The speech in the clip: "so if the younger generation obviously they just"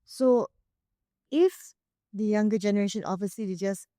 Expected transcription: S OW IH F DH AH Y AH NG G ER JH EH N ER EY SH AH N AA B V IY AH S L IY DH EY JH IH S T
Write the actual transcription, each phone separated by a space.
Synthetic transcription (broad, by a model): S OW IH F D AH Y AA NG G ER JH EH N ER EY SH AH N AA V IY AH S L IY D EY JH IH S